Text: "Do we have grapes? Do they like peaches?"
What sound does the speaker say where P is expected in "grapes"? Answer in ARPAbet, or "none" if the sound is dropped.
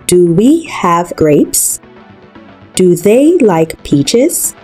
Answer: P